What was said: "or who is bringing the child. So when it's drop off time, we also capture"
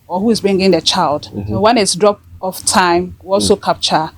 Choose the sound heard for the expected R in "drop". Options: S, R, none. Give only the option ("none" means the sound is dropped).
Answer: R